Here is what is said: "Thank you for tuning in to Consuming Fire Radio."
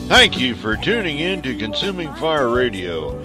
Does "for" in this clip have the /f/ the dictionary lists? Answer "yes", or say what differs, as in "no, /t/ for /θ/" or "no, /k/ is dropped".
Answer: yes